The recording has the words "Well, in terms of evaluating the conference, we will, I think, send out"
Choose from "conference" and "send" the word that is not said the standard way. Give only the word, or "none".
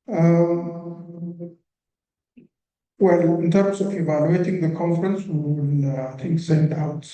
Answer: none